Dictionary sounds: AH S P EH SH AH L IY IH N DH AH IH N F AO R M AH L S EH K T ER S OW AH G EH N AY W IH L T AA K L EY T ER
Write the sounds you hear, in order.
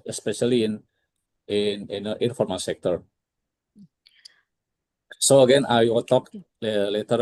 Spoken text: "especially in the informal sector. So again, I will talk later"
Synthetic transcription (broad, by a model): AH S P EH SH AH L IY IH N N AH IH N F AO R M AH N S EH K T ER S OW AH G EH N AY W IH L T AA K L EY T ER